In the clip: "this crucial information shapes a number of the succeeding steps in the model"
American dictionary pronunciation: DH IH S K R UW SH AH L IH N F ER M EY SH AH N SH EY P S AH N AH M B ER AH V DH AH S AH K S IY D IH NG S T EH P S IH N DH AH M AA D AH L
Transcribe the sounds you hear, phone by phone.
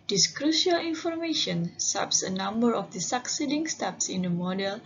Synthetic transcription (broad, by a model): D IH S K R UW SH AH L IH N F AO M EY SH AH N S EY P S AH N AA M B ER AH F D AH S AH K S IY D IH NG S T EH P S IH N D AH M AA D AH L